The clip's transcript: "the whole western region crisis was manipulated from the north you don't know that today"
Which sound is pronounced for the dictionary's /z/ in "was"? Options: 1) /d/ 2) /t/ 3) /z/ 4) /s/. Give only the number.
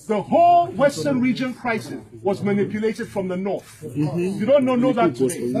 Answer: 3